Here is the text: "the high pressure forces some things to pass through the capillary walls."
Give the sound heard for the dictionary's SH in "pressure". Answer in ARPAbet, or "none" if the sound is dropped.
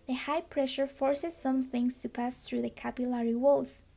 SH